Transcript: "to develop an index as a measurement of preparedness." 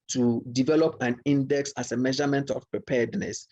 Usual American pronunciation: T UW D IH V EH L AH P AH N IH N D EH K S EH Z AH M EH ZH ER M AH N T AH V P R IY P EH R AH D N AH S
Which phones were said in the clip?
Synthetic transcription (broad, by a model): T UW D IH V EH L AH P AH N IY N D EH K S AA S AH M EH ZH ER M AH N T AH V P R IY P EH D N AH S